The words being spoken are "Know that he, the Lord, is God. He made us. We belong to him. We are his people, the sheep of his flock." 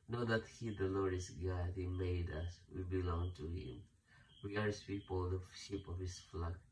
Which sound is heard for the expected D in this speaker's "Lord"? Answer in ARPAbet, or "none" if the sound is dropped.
none